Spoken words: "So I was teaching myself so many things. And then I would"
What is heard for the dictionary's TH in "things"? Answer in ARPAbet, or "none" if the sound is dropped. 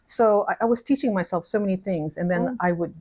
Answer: TH